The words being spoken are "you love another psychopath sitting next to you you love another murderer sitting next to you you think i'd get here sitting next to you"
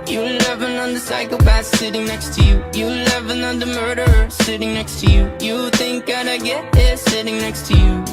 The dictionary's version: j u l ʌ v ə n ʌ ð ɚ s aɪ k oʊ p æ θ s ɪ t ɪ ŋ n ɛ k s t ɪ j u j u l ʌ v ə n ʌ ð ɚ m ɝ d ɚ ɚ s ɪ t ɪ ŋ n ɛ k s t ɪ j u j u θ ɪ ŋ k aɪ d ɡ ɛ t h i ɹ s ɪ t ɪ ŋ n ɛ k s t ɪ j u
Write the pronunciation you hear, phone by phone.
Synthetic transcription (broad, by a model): j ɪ l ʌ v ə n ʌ ð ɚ s aɪ k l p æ s ɪ t ɪ ŋ n ɛ k s t ɪ j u j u l ʌ v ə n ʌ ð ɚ m ɝ d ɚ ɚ s ɪ t ɪ ŋ n ɛ k s t ɪ j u j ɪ θ ɪ ŋ k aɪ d ɡ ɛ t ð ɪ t s ɪ t ɪ ŋ n ɛ k s t ɪ j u